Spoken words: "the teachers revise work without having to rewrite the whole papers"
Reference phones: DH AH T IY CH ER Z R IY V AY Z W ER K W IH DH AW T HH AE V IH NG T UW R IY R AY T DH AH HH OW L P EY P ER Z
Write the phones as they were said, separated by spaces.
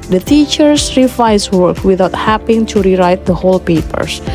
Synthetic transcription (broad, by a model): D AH T IY CH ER S R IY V AY S W ER K W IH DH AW T HH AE P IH NG T UW R IY R AY T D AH HH OW L P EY P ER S